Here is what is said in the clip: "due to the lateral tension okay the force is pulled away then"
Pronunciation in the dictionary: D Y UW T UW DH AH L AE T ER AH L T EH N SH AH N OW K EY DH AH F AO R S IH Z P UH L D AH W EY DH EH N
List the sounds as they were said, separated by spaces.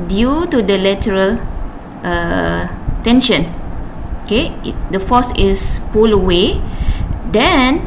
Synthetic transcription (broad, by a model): D Y UW T UW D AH L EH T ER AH L T EH N SH AH N OW K EY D AH F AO S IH S P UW L AH W EY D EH N